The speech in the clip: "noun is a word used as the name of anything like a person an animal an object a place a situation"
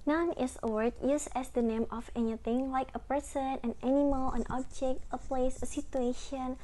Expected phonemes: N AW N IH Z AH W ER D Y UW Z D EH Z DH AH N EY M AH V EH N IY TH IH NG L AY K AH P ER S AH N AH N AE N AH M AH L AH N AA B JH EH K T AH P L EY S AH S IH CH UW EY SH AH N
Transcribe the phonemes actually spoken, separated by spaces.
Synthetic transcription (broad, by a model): N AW N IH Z AH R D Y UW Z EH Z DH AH N EY M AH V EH N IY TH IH NG L AY K AH P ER S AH N AH N AE N AH M AH L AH N AA B JH EH K T AH P L EY S AH S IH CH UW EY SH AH N